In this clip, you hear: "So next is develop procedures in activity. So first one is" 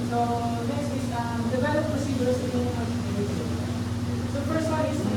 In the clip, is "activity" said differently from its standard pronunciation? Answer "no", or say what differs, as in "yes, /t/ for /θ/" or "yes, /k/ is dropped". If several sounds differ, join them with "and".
yes, /v/ is dropped